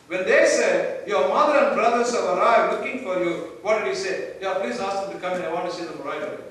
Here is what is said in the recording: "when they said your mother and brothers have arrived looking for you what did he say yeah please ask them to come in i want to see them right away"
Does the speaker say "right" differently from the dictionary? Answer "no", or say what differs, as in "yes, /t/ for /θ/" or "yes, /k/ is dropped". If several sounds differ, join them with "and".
yes, /t/ is dropped